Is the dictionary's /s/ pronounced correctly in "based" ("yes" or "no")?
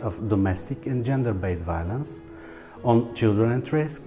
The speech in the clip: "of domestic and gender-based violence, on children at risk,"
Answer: no